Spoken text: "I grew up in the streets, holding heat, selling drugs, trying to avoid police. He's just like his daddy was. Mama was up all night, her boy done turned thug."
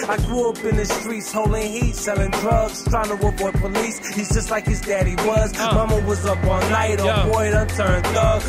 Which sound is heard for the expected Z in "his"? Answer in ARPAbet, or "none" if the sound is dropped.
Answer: Z